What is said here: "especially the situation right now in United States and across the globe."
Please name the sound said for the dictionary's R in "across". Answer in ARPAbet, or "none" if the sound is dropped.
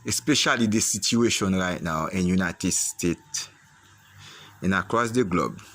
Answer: R